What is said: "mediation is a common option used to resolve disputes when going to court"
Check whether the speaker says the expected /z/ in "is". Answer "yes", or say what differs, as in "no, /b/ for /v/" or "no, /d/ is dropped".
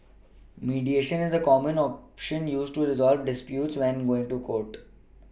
yes